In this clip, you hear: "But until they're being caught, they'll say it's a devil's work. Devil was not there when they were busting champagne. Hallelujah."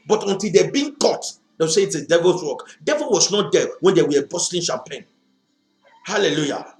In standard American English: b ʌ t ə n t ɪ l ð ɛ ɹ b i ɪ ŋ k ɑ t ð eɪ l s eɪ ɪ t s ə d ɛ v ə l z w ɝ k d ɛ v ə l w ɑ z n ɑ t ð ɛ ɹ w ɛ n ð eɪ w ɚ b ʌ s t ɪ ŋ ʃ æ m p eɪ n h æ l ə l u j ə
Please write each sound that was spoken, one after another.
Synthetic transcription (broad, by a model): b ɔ t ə n t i l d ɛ b i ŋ k ɑ t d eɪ w s eɪ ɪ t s ə d ɛ v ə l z w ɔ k d ɛ v ə l w ɑ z n ɑ t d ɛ w ɛ n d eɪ w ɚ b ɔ s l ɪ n ʃ æ m p eɪ n h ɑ l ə l u j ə